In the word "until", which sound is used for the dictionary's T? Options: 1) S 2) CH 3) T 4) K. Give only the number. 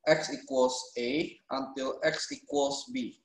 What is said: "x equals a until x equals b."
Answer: 3